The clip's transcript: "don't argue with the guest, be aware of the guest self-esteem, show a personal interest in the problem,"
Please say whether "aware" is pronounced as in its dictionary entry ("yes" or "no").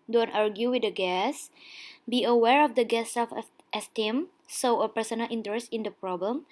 yes